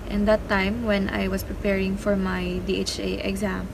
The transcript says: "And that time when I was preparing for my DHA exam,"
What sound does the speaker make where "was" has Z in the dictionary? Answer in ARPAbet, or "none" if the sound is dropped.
S